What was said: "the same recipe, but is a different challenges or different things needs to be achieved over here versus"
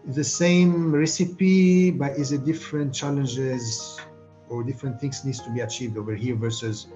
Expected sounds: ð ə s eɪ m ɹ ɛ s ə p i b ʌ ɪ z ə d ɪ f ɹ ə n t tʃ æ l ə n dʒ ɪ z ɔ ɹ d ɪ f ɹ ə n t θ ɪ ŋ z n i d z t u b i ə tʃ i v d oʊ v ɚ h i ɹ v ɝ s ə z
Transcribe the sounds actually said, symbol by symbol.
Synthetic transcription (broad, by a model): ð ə s eɪ m ɹ ɛ s ə p i b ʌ ɪ z ə d ɪ f ɹ ə n t tʃ æ l ə n dʒ ɪ z ɔ ɹ d ɪ f ɹ ə n t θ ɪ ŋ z n i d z t u b i ə tʃ i v d oʊ v ɚ h i ɹ v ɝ s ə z